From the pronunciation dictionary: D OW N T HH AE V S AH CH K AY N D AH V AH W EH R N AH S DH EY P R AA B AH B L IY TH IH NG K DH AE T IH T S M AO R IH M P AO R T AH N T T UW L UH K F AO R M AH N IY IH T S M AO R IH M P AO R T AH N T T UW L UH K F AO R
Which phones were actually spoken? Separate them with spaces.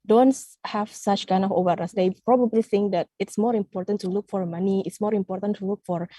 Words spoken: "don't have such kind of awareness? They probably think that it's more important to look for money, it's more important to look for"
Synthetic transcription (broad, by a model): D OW N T HH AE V S AH CH K AY N D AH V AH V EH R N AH S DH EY P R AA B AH B L IY TH IH NG K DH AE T IH T S M AO R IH M P AO R T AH N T T UW L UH K F AO R M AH N IY IH T S M AO R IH M P AO R T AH N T T UW L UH K F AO R